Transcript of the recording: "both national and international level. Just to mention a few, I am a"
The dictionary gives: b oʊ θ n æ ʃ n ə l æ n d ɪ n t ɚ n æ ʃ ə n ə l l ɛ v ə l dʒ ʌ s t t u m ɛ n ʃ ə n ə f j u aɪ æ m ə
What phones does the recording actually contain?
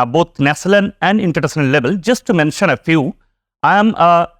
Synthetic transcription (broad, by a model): b oʊ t n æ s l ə n æ n d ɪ n t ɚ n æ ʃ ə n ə l l ɛ v ə l dʒ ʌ s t t u m ɛ n ʃ ə n ə f j u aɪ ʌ m